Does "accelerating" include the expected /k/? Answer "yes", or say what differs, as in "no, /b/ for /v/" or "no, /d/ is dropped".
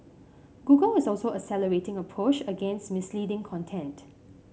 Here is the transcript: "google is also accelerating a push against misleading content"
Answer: no, /k/ is dropped